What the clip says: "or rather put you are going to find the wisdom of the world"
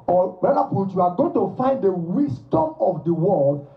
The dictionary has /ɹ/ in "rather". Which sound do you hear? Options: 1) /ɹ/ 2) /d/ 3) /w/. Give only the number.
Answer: 3